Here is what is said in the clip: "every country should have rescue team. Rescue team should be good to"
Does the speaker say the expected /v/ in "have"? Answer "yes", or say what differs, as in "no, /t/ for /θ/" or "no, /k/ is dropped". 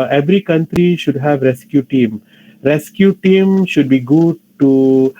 yes